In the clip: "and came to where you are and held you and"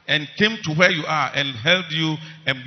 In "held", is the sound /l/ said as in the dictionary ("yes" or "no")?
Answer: yes